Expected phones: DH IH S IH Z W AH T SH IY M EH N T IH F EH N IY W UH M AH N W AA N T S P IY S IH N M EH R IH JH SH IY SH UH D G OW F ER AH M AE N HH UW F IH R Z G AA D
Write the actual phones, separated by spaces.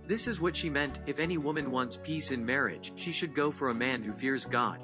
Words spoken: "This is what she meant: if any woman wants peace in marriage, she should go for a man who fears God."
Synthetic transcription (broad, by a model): DH IH S IH Z W AH T SH IY M EH N T IH F EH N IY W UH M AH N W AA N T S P IY S IH N M EH R IH JH SH IY SH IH D G OW F ER AH M AE N HH UW F IH R Z G AA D